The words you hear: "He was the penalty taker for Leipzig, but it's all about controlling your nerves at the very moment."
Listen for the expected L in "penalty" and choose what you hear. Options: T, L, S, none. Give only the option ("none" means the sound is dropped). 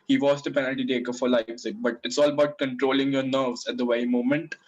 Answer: L